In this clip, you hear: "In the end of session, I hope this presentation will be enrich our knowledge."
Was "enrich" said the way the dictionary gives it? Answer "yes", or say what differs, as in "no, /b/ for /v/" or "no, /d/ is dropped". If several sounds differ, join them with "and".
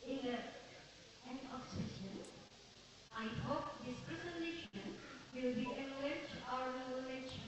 no, /l/ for /ɹ/